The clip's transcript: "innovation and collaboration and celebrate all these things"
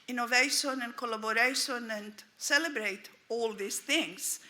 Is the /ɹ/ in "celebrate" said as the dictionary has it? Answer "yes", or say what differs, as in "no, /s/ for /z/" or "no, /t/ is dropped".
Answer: yes